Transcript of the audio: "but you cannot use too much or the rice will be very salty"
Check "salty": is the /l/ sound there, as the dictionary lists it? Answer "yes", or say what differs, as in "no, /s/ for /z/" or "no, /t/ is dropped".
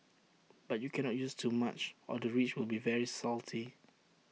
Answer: yes